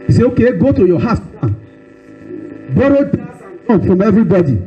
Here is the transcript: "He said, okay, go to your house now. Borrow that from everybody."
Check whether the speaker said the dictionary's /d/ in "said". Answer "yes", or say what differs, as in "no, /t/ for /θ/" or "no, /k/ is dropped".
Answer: no, /d/ is dropped